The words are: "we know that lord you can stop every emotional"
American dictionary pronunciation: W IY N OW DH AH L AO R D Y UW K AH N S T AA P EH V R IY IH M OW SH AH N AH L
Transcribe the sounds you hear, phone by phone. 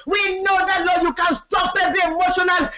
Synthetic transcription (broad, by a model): W IY N OW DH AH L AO Y UW K AH N S T AA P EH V IY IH M OW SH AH N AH L